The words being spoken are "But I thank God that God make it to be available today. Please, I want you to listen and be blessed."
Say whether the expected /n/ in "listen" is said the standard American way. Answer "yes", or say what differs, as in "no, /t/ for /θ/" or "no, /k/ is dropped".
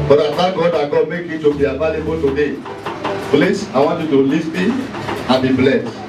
no, /n/ is dropped